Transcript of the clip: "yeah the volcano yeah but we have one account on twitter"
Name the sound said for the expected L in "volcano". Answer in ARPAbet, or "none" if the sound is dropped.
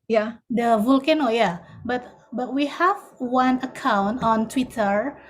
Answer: L